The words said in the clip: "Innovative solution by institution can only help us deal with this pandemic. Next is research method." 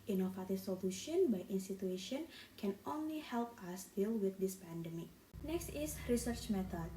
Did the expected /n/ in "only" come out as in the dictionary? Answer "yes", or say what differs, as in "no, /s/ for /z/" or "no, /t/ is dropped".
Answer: yes